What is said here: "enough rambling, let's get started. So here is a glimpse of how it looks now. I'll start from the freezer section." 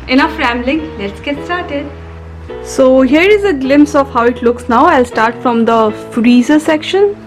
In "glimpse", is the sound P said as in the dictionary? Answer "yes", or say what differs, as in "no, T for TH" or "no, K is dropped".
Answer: yes